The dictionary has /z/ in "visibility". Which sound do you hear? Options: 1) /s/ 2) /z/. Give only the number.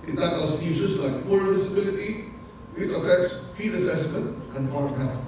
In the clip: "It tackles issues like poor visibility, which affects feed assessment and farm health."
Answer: 1